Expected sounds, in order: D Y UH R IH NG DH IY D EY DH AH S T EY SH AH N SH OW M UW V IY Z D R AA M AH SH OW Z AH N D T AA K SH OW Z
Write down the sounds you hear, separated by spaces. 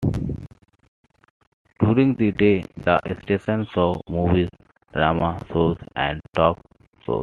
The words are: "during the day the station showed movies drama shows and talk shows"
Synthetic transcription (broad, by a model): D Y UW R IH NG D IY D EY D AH S T EY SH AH N S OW M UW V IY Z D R AA M AH S OW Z AH N D T AA K S OW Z